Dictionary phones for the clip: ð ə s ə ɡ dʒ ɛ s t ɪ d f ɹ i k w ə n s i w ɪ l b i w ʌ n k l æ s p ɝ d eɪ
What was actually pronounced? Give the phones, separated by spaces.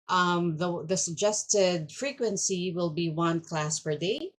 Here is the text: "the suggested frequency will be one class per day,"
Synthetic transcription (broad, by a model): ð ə s ə ɡ dʒ ɛ s t ɪ d f ɹ i k w ə n s i w ɪ l b i w ʌ n k l æ s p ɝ d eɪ